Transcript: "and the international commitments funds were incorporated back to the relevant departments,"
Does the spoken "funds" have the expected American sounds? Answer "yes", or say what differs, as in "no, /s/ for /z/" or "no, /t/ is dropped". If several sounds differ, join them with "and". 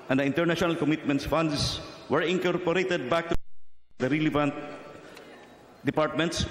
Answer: no, /s/ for /z/